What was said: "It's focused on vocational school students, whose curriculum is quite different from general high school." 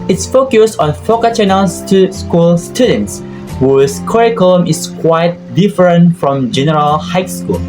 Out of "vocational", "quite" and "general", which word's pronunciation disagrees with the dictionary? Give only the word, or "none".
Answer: vocational